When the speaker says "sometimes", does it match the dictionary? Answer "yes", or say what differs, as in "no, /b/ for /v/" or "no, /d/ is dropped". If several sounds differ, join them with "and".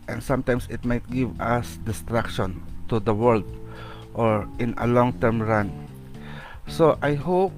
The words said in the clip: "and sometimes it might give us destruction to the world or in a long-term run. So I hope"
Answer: no, /s/ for /z/